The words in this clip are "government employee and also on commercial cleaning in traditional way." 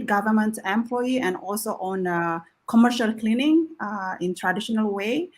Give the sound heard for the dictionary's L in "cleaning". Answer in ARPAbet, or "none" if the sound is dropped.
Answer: L